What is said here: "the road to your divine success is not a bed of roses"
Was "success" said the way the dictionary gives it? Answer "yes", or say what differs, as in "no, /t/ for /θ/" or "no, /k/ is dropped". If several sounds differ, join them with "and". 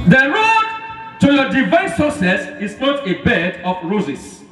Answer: no, /k/ is dropped